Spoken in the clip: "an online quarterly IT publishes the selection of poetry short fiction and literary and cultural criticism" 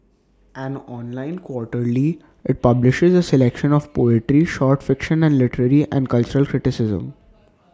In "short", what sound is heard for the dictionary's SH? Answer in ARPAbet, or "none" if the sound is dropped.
SH